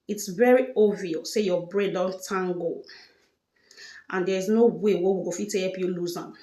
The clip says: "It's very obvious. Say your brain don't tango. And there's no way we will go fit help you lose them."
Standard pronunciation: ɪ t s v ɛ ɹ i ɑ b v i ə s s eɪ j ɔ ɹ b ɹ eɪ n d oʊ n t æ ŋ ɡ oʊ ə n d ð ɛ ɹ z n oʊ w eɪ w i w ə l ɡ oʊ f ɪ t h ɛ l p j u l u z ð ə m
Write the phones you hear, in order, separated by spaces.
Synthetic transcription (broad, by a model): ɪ t s v ɛ ɹ i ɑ v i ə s s eɪ j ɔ b ɹ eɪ d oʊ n t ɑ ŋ ɡ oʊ ə n d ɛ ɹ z n oʊ w eɪ w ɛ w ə ɡ oʊ f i t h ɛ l p j u l u z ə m